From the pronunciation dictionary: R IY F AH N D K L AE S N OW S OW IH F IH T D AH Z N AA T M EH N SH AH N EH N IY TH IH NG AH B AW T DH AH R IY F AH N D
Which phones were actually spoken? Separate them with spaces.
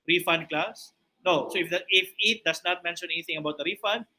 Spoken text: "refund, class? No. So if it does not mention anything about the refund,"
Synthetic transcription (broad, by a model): R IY F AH N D K L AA S N OW S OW IH F IH T D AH S N AA T M EH N SH AH N EH N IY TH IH NG AH B AW T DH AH R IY F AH N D